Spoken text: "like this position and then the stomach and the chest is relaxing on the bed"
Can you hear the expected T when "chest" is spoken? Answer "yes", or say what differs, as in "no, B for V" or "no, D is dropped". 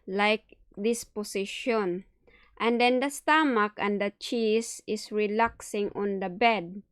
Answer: no, T is dropped